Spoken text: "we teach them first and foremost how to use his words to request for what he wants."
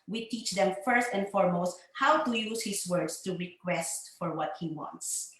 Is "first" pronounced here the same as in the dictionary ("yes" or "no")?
yes